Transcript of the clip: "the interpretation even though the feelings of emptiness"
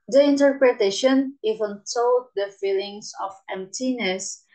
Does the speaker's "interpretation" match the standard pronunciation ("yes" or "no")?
yes